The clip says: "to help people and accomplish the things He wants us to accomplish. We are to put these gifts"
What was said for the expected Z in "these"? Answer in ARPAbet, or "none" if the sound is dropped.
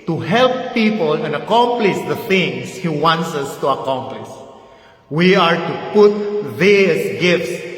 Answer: S